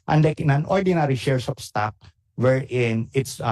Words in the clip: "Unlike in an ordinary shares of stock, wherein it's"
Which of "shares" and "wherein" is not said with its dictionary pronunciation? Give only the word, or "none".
shares